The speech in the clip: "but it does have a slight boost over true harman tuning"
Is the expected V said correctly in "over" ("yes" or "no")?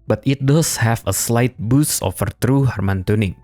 no